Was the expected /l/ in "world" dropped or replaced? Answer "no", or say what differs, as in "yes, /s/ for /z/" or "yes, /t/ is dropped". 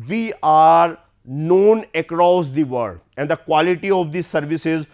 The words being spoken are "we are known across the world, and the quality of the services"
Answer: yes, /l/ is dropped